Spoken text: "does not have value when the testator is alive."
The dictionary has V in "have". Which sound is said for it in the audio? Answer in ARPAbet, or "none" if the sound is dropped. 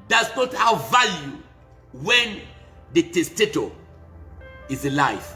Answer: W